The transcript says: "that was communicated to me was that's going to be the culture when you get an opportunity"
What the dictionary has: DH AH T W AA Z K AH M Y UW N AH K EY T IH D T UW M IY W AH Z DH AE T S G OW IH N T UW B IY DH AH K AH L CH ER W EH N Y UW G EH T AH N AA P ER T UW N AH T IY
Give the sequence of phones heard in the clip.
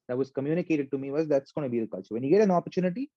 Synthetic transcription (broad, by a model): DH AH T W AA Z K AH M Y UW N AH K EY T IH D T UW M IY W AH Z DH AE T S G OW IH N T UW B IY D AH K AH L S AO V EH N Y UW G EH T AH N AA P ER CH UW N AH T IY